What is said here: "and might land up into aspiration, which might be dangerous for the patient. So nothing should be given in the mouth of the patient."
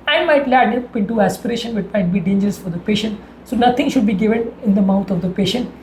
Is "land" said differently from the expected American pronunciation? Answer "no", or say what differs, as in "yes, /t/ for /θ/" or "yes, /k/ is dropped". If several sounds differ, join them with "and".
yes, /n/ is dropped